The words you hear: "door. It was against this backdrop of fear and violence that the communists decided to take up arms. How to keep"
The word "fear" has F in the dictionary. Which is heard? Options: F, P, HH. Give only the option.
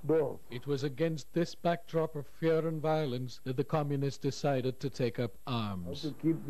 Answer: F